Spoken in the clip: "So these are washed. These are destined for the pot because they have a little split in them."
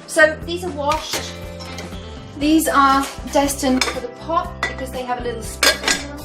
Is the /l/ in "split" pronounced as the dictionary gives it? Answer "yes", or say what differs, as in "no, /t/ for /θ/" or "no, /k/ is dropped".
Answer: no, /l/ is dropped